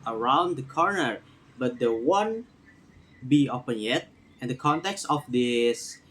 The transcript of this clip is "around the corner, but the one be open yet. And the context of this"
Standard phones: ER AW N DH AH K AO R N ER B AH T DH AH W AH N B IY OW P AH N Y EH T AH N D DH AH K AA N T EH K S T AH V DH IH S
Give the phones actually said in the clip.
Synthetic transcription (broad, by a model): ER AW N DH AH K AO R N ER B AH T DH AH W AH N B IY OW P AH N Y EH T AH N D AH K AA N T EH K S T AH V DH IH S